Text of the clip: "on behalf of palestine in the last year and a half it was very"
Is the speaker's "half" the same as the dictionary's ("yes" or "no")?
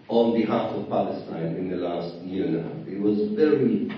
no